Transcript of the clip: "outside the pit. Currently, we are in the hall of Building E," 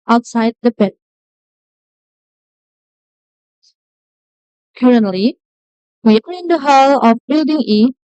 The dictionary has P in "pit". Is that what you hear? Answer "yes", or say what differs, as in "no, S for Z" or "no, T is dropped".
no, B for P